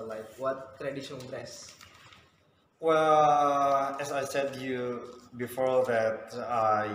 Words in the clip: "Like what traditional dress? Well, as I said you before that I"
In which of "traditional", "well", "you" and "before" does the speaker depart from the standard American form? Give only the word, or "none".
traditional